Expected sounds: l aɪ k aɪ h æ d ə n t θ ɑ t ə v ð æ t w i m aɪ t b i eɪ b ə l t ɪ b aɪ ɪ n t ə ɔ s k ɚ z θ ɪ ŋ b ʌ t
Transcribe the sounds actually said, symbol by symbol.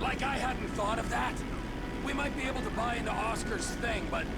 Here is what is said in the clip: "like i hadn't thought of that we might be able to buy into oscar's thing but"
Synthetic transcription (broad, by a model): l aɪ k aɪ h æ d n t θ ɑ t ə v ð æ t w i m aɪ t b i eɪ b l t ɪ b aɪ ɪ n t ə ɔ s k ɚ z θ ɪ ŋ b ʌ t